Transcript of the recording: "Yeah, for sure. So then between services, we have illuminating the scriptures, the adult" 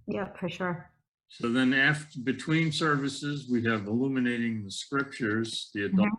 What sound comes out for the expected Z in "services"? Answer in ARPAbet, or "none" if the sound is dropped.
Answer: Z